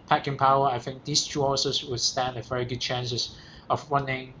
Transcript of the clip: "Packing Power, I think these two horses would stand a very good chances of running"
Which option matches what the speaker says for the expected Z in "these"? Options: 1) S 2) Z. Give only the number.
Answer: 1